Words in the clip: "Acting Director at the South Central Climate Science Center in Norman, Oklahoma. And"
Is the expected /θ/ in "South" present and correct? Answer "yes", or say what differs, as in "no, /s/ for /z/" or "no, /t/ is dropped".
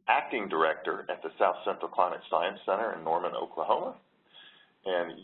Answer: yes